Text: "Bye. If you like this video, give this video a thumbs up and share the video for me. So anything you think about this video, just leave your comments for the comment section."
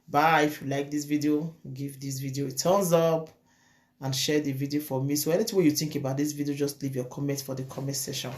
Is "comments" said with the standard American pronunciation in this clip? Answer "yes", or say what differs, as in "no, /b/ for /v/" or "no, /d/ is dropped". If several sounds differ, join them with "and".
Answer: no, /s/ is dropped